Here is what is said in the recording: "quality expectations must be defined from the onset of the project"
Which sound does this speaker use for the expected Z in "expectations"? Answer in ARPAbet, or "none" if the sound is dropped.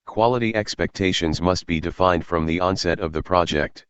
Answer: Z